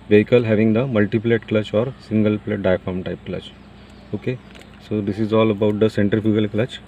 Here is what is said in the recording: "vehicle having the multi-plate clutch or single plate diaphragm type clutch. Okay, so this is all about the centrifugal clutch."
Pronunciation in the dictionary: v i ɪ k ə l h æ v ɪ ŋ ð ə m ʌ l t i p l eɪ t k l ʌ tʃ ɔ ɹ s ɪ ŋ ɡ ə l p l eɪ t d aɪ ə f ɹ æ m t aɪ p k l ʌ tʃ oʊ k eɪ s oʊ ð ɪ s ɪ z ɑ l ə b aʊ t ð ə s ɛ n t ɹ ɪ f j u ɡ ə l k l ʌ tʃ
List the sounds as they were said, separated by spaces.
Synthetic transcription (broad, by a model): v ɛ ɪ k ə l h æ v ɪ ŋ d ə m ʌ l t i p l eɪ t k l ʌ tʃ ɔ ɹ s ɪ ŋ ɡ ə l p l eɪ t d aɪ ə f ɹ m t aɪ p k l ʌ tʃ oʊ k eɪ s oʊ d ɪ s ɪ z ɑ l ə b aʊ t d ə s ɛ n t ɪ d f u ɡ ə l k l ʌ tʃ